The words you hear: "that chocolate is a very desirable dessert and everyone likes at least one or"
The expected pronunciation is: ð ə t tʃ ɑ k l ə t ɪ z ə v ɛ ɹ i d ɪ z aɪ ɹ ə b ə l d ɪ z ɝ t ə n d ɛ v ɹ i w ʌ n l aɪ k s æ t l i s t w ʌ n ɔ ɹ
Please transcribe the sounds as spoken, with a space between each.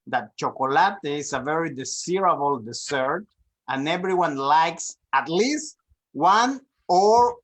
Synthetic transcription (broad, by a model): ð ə t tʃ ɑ k l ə t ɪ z ə v ɛ ɹ i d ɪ s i ɹ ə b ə l d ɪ s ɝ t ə n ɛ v ɹ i w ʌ n l aɪ k s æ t l i s t w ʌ n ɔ ɹ